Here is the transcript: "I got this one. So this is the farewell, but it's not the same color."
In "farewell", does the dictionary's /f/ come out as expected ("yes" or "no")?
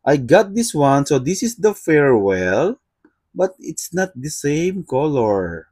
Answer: yes